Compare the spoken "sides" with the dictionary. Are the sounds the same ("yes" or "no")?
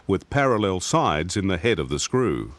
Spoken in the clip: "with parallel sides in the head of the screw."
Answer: yes